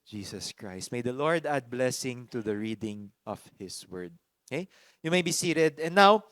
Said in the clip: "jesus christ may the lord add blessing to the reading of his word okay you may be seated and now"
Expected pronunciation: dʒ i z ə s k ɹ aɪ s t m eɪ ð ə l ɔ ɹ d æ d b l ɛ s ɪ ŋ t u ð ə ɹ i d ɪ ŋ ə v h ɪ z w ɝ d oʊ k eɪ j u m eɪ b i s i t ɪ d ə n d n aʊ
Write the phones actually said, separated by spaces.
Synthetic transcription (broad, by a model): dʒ i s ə s k ɹ aɪ s t m eɪ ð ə l ɔ ɹ d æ d b l ɛ s ɪ ŋ t u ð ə ɹ i d ɪ ŋ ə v h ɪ s w ɝ d oʊ k eɪ j u m eɪ b i s i t ɪ d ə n n aʊ